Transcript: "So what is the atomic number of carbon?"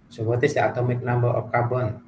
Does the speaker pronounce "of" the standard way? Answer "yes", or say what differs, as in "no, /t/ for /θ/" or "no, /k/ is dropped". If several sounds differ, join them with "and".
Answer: no, /p/ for /v/